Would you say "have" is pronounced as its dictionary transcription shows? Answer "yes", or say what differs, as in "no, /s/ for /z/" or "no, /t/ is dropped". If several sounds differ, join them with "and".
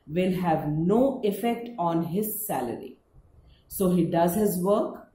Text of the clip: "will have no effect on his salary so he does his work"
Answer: yes